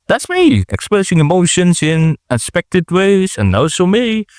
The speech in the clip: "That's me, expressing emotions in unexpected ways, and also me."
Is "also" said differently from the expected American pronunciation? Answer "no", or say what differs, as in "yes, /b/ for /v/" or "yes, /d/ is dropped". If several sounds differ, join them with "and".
yes, /l/ is dropped